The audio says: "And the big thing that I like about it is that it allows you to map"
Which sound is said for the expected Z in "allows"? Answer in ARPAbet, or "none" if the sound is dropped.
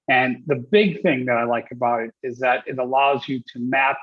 Z